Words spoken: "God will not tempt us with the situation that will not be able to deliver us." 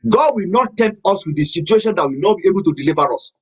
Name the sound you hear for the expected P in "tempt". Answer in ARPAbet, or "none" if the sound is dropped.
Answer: none